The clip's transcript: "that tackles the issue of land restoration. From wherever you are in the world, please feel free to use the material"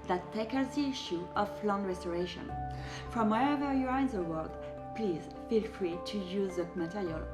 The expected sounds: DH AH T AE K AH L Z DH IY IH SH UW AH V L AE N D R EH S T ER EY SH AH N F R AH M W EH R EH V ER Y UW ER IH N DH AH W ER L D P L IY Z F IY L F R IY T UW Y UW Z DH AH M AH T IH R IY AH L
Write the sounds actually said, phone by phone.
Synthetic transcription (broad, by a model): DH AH T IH K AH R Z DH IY IH SH UW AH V L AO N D R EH S T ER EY SH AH N F R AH M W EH EH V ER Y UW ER IH N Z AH W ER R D P L IY Z F IY L F R IY T UW Y UW Z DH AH M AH T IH R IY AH L